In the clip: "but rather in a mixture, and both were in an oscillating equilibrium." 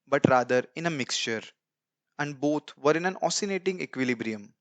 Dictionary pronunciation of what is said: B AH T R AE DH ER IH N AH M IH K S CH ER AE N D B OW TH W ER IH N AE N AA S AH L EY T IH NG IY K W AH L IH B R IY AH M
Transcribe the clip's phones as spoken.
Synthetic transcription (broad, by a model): B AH T R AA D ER IH N AH M IH K S CH ER AE N D B OW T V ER IH N AE N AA S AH N EY T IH NG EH K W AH L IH B R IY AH M